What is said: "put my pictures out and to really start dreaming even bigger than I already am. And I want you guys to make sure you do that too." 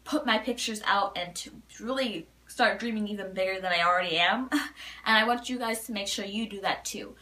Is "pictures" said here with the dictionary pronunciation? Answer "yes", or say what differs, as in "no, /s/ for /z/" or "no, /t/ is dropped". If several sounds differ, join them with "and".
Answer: yes